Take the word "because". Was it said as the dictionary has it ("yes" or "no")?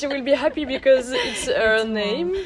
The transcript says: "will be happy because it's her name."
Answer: yes